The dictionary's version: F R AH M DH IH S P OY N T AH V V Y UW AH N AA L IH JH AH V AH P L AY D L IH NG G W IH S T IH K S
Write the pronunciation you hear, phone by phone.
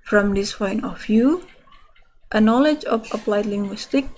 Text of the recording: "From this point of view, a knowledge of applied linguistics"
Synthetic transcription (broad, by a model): F R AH M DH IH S F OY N AH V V Y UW AH N AA L IH JH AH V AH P L AY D L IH NG G W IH S T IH K